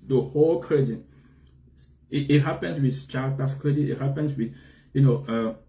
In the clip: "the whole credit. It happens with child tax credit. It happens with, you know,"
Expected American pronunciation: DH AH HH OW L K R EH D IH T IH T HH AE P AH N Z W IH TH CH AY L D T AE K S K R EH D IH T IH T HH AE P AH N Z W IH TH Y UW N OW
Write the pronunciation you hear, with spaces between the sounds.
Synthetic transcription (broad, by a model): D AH HH OW L K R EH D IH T IH T HH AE P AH N S W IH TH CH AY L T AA S K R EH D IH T IH T HH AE P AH N S W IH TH Y UW N OW